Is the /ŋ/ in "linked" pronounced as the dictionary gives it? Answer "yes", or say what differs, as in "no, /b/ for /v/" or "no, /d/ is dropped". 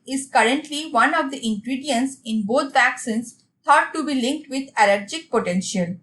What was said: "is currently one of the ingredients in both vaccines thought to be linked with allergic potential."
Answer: yes